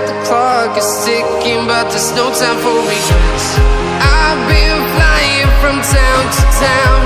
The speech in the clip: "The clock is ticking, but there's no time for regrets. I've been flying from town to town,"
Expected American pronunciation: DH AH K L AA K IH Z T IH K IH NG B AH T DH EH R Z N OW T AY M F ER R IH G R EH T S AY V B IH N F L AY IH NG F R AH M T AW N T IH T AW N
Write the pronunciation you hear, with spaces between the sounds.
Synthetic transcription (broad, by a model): DH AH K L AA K IH Z S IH K IH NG B AH T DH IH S N OW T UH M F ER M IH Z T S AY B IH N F L AY IH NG F R AH M T AW N T IH T AW N